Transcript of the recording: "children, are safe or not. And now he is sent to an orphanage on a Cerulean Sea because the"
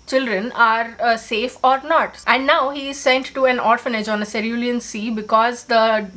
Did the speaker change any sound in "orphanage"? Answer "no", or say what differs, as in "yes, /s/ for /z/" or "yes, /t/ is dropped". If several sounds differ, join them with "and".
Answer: no